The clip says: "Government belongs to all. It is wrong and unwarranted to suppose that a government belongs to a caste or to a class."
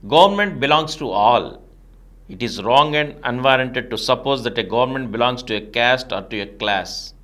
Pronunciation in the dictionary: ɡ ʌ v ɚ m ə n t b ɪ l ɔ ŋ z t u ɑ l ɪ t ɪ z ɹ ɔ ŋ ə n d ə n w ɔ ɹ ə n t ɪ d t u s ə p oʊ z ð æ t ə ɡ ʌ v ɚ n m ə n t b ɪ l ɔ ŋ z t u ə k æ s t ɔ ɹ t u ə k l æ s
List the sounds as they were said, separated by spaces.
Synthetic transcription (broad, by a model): ɡ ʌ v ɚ m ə n t b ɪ l ɔ ŋ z t u ɑ l ɪ t ɪ z ɹ ɔ ŋ ə n d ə n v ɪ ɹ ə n t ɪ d t u s ə p oʊ z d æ t ə ɡ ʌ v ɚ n m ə n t b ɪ l ɔ ŋ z t u ə k æ s t ɔ ɹ t u ə k l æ s